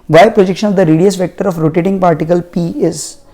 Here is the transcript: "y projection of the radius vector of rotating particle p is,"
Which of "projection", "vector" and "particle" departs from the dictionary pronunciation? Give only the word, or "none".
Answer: none